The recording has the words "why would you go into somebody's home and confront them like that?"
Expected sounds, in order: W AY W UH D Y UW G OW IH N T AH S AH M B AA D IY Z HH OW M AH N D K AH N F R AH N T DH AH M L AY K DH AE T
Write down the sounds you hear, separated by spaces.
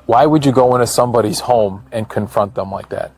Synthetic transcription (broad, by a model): W AY W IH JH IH G OW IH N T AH S AH M B AA D IY Z HH OW M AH N K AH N F R AH N T DH AH M L AY K DH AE T